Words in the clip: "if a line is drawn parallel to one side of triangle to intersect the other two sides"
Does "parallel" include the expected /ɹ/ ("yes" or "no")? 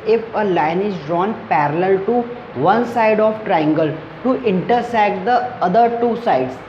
yes